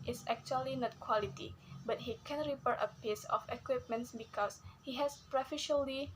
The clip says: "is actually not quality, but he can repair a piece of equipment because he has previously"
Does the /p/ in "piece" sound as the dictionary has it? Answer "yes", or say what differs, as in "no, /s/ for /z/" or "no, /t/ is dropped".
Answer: yes